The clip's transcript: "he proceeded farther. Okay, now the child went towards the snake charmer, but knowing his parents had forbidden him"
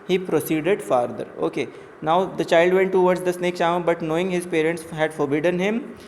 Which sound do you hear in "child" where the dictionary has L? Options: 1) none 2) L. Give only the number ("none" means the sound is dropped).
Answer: 2